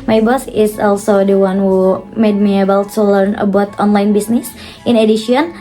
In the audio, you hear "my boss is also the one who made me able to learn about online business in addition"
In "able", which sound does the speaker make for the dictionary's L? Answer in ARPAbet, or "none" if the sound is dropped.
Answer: W